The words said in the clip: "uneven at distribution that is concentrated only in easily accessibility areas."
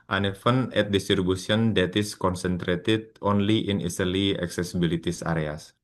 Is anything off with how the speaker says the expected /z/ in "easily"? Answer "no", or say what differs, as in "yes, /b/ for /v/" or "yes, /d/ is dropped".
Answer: yes, /s/ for /z/